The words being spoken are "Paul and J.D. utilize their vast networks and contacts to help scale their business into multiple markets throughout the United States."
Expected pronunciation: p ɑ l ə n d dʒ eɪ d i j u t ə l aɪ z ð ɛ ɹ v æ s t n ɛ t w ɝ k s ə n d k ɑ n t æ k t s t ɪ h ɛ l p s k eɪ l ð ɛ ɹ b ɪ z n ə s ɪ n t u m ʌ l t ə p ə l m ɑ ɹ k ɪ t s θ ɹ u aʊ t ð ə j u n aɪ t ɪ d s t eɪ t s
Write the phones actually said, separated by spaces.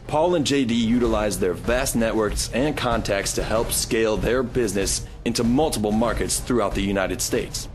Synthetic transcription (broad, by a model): p ɑ l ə n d dʒ eɪ d i j u t ə l aɪ z ð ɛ ɹ v æ s t n ɛ t w ɝ k s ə n k ɑ n t æ k t s t ɪ h ɛ l p s k eɪ l ð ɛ ɹ b ɪ z n ə s ɪ n t u m ʌ l t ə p l m ɑ ɹ k ɪ t s θ ɹ u aʊ t ð ə j u n aɪ t ɪ d s t eɪ t s